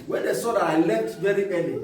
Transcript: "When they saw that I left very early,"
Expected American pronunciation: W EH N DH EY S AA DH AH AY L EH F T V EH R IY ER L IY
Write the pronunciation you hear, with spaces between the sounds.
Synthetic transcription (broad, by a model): W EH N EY S AA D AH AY L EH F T V EH R IY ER L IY